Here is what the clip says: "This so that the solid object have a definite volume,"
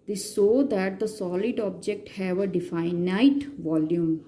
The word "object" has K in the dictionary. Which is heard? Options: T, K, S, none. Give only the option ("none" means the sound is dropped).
K